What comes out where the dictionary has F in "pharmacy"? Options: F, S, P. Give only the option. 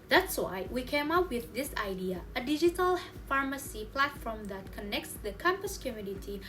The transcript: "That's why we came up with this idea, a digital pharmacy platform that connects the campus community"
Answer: F